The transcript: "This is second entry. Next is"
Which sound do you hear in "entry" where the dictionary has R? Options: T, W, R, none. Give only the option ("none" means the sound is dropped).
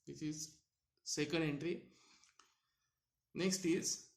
R